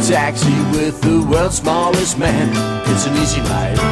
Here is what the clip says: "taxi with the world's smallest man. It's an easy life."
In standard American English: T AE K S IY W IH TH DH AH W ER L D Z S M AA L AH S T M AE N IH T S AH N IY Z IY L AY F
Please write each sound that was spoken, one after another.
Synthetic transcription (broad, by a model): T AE K S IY W IH DH AH W ER L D S M AA L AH S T M AE N IH T S AH N IY Z IY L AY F